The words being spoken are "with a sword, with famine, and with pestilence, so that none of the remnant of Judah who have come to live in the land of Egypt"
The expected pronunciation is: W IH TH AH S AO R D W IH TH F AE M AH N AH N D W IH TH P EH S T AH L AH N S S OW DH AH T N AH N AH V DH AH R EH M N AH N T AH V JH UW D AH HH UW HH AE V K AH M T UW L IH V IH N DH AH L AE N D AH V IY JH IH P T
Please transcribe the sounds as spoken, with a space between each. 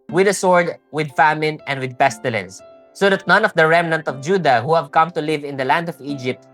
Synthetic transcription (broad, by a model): W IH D AH S AO R D W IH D F AE M AH N AH N D W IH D P EH S T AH L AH N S S OW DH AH T N AH N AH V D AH R EH M N AH N T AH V JH UW D AH HH UW HH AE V K AH M T UW L IH V IH N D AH L AE N D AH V IY JH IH P T